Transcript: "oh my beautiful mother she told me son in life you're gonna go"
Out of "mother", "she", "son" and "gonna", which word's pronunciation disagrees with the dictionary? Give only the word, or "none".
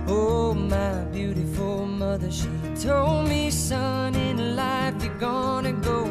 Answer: none